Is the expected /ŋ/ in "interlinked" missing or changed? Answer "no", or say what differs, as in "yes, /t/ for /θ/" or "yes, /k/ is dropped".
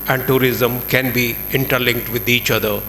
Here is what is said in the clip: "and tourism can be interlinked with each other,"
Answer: no